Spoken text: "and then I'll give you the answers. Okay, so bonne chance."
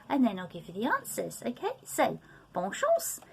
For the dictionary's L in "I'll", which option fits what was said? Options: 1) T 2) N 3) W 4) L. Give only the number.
4